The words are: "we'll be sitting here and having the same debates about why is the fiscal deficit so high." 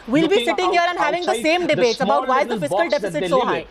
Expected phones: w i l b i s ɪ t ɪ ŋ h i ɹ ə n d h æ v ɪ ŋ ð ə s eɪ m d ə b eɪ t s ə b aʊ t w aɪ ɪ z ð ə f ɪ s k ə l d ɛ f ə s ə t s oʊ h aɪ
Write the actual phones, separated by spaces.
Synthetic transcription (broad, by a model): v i l b i s ɪ t ɪ ŋ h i ɹ ə n d h æ v ɪ ŋ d ə s eɪ m d ə b eɪ t s ə b aʊ t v aɪ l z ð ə f ɪ s k ə l d ɛ f ə s ə t ʃ oʊ h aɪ